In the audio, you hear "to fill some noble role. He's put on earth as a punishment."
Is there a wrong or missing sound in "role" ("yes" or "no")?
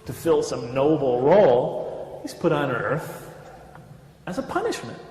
no